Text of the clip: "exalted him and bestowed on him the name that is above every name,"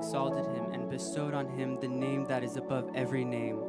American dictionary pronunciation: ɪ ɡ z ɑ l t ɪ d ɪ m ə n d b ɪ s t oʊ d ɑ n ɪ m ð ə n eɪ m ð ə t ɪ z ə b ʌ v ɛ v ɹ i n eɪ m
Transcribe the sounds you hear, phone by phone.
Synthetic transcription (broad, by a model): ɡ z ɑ l t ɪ d ɪ m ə n b ɪ s t oʊ d n ɪ m ð ə n eɪ m ð ə t ɪ z ə b ʌ v ɛ v ɹ i n eɪ m